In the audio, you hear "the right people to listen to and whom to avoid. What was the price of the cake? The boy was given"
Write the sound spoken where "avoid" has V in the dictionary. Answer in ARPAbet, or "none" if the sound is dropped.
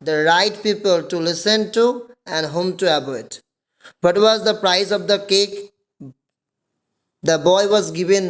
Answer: B